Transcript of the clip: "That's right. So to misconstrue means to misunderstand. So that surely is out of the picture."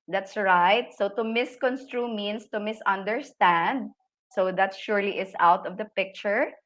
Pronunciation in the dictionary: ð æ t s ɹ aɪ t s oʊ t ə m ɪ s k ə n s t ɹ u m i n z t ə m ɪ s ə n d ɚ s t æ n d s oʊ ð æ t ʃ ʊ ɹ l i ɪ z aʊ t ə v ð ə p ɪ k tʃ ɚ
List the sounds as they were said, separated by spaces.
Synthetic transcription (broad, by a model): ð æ t s ɹ aɪ t s oʊ t ə m ɪ s k ə n s t ɹ u m i n s t ə m ɪ s ə n d ɚ s t æ n d s oʊ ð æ t ʃ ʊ ɹ l i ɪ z aʊ t ə v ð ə p ɪ k tʃ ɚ